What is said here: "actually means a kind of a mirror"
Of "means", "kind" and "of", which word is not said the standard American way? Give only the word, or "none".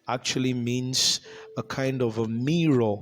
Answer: none